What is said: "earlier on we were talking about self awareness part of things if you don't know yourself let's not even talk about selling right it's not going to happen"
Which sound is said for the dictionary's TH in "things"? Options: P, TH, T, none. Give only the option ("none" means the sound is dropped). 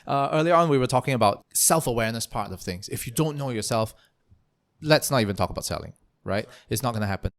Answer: TH